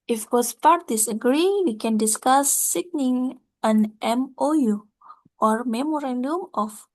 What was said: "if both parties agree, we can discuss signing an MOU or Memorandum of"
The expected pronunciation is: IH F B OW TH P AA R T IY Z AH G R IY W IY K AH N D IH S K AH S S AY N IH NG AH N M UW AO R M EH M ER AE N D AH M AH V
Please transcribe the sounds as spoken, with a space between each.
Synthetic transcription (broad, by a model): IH F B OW S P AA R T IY S AH G R IY W IY K AH N D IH S K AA S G N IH NG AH N M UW AO R M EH M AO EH N D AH M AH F